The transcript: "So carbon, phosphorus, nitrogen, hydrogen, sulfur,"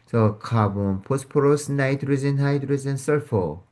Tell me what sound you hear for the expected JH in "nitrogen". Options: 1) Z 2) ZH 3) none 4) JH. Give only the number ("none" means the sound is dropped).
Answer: 1